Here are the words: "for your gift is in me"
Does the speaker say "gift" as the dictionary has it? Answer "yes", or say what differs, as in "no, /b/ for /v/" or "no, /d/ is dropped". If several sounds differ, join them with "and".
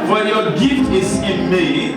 yes